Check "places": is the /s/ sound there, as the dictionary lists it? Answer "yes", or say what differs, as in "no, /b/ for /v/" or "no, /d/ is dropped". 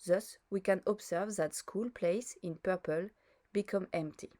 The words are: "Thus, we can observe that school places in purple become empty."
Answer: no, /s/ is dropped